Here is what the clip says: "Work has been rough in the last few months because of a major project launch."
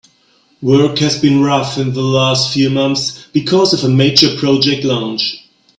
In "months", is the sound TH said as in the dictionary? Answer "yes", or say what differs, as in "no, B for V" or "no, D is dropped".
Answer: yes